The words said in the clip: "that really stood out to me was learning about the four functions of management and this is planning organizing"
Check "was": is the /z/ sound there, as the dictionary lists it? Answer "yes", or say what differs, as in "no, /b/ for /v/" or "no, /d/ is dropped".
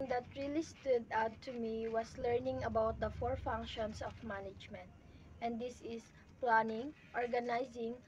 no, /s/ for /z/